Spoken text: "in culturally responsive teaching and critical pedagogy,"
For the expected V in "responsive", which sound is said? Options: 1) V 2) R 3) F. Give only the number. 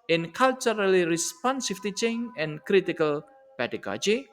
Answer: 3